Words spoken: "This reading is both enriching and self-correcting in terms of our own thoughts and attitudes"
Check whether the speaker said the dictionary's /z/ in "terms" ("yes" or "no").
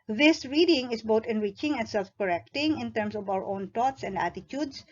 no